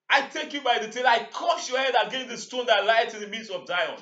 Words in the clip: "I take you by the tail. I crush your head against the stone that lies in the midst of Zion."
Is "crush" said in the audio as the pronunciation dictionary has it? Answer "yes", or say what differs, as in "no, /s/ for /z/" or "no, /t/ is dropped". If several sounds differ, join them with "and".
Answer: no, /ɹ/ is dropped